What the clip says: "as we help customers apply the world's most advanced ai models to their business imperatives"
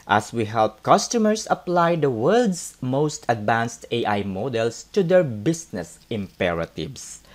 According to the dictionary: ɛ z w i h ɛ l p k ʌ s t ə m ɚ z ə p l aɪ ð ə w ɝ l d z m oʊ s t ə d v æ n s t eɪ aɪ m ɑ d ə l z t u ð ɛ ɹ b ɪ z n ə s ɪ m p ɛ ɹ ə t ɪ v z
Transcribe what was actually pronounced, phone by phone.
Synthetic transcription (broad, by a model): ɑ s w i h ɛ l p k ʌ s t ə m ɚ s ə p l aɪ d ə w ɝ l d s m oʊ s t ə d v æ n s t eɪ aɪ m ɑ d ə l s t u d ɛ ɹ b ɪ s n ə s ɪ m p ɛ ɹ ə t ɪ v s